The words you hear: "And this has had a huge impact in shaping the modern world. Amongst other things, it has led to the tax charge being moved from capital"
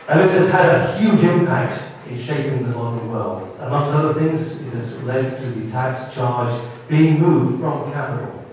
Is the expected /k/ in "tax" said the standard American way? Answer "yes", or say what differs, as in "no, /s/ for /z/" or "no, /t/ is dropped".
yes